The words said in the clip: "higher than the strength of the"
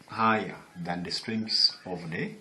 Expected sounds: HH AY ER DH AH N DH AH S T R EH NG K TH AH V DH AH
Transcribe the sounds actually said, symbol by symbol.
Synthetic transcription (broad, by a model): HH AY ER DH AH N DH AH S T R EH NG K S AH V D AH